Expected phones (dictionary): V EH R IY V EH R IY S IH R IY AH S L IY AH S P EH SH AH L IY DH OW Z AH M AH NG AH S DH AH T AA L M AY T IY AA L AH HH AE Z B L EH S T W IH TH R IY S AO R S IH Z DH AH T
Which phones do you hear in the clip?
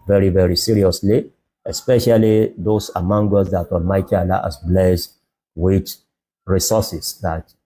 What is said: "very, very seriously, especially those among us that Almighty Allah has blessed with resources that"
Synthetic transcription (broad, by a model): V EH R IY V EH R IY S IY R IY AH S L IY AH S P EH SH AH L IY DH OW S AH M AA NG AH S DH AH T AA L M AY T IY AA L AH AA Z B L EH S W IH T R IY S AO S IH S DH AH T